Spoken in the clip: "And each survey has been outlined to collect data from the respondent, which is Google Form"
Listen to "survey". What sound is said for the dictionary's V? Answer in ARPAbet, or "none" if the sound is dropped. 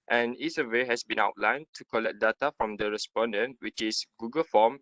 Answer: W